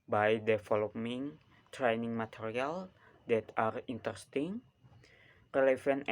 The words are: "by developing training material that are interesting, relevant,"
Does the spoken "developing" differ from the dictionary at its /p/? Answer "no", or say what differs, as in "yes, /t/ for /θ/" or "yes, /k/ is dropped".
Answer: yes, /p/ is dropped